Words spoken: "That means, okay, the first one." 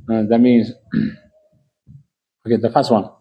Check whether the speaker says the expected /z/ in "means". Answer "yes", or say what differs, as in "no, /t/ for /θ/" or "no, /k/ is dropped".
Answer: yes